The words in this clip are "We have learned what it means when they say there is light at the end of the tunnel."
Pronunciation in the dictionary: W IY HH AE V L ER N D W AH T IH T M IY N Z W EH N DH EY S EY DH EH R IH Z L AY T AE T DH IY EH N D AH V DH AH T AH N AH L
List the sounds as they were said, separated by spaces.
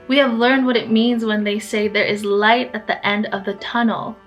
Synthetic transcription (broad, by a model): W IY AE V L ER N D W AH T IH T M IY N Z W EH N DH EY S EY DH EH R IH Z L AY T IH T DH IY EH N D AH V DH AH T AH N L